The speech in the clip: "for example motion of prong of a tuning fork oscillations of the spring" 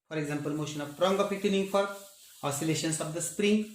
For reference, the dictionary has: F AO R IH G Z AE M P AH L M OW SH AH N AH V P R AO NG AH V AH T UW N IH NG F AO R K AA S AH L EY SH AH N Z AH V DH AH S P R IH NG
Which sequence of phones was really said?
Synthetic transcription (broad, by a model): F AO R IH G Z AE M P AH L M OW SH AH N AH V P R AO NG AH P AH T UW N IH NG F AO R AA S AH L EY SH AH N S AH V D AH S P R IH NG